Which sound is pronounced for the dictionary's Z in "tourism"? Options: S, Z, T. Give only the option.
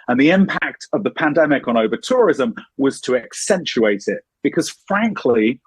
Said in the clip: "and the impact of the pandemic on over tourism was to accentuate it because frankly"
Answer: Z